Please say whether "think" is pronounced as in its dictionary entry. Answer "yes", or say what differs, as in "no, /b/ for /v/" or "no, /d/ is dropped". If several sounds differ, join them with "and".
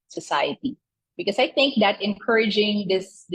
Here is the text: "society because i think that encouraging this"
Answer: yes